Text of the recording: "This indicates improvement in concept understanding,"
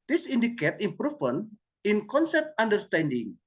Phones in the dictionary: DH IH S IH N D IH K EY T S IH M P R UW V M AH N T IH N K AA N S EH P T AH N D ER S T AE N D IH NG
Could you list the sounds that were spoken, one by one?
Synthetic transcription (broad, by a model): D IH S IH N D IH K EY T IH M P R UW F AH N IH N K AA N S EH P T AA N D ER S T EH N D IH NG